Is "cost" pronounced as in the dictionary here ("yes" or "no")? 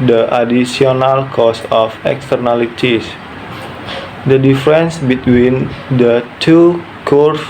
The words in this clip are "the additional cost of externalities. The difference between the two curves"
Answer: no